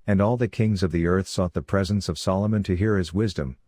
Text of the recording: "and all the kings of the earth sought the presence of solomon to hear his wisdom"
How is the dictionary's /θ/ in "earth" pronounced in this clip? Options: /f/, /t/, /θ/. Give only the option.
/θ/